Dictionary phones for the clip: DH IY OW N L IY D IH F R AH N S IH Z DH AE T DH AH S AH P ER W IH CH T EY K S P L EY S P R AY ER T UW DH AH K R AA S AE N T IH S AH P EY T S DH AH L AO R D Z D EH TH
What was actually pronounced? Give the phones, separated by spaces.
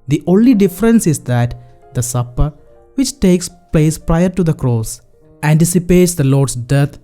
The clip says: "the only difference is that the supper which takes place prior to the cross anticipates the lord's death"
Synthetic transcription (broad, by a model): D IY OW N L IY D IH F R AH N S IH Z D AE T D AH S AH P ER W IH CH T EY K S P L EY S P R AY ER T UW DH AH K R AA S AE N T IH S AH P EY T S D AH L AO R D S D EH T